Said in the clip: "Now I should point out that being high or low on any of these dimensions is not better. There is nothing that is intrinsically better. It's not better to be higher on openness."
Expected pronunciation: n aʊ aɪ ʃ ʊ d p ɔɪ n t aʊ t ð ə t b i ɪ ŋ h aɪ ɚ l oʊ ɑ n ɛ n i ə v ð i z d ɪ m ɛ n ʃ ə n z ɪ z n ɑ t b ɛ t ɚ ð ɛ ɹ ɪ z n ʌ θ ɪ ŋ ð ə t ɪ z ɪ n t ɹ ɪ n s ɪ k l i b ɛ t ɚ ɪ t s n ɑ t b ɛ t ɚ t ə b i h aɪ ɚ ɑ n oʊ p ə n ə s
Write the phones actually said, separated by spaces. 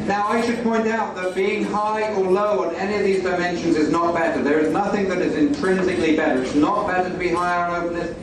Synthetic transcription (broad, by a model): n aʊ aɪ ʃ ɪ d p ɔɪ n t aʊ t ð ə t b i ɪ ŋ h aɪ ɚ l oʊ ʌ n ɛ n i ə v ð i z d ɪ m ɛ n ʃ ə n z ɪ z n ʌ t b ɛ t ɚ ð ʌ ɹ ɪ z n ʌ θ ɪ ŋ ð ə t ɪ z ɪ n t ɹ ɪ n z ɪ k l i b ɛ t ɚ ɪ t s n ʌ t b ɛ t ɚ t ə b i h aɪ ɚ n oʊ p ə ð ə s